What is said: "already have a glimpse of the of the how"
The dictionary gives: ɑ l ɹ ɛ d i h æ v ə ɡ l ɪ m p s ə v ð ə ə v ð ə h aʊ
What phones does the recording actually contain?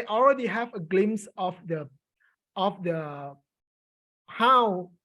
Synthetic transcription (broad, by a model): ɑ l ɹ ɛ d i h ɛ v ə ɡ l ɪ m s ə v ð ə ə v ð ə h aʊ